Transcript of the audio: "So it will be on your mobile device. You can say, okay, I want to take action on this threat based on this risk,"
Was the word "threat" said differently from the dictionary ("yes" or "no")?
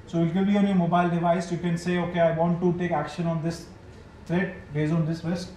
yes